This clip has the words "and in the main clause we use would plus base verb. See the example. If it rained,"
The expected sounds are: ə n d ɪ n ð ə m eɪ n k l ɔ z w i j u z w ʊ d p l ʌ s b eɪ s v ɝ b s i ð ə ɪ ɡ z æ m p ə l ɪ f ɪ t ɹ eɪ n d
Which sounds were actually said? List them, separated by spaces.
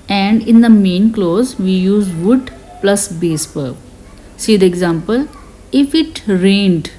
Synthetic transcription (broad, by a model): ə n d ɪ n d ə m eɪ n k l ɔ z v i j u z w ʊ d p l ʌ s b eɪ s p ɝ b s i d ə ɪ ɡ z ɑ m p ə l ɪ f ɪ t ɹ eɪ n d